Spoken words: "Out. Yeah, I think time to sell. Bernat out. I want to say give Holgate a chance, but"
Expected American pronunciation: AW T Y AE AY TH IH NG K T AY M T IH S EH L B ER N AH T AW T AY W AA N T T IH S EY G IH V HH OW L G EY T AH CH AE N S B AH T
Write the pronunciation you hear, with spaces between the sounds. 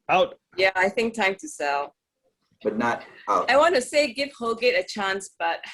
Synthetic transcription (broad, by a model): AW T Y AE AY TH IH NG K T AY M T IH S EH L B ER N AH T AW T AY W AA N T T IH S EY G IH V HH OW L G EY T AH CH AE N S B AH T